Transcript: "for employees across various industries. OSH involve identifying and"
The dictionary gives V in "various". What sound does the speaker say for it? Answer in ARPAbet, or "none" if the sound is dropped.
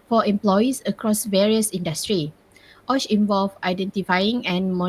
V